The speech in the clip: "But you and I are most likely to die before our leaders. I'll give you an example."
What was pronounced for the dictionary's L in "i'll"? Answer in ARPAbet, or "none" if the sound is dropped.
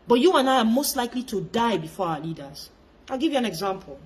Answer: L